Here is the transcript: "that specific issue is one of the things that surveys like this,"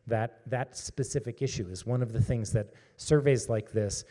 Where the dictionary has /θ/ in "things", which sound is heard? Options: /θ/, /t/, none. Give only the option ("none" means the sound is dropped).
/θ/